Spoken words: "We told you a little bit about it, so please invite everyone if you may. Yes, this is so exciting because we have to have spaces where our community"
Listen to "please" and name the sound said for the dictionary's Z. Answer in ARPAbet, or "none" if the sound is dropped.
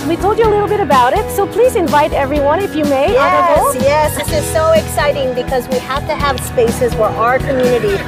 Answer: Z